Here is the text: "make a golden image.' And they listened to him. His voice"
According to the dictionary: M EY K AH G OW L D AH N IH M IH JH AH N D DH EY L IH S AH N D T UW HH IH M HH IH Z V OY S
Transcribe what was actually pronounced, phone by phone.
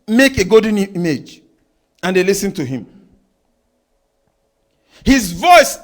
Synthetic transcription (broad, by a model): M EY K AH G OW D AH N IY M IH JH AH N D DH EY L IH S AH N T UW HH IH M HH IH Z V OY S